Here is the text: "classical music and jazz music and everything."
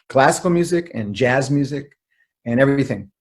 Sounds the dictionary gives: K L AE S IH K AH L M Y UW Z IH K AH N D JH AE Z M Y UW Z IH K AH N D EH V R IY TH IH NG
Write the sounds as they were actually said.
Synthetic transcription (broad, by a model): K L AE S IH K L M Y UW Z IH K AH N JH AE Z M Y UW Z IH K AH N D EH V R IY TH IH NG